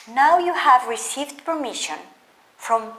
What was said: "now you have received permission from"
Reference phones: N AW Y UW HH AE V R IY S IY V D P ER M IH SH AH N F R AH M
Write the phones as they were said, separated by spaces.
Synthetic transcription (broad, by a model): N AW Y UW HH AE V R IY S IY V D P ER M IH SH AH N F R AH M